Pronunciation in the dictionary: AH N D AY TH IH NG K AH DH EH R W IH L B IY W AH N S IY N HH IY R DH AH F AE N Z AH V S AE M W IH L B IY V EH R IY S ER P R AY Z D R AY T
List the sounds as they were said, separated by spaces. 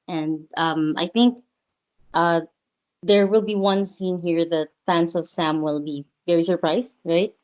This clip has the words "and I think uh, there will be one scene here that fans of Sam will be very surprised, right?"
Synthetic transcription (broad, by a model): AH N D AY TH IH NG K AH DH EH R W IH L B IY W AH N S IY N HH IY R DH AH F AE N S AH V S AE M W IH L B IY V EH R IY S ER P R AY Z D R AY T